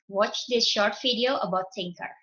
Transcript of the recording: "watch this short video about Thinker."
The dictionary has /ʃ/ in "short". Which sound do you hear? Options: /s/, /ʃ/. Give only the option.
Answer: /ʃ/